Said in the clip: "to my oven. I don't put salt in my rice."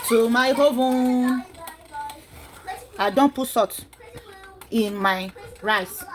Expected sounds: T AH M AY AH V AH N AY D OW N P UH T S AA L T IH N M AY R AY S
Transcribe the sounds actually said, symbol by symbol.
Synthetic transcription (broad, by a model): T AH M AY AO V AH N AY D OW N P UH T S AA T IH N M AY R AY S